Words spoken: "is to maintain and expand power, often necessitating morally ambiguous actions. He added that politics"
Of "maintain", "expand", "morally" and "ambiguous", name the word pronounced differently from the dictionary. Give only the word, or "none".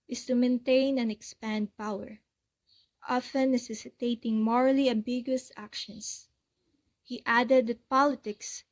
none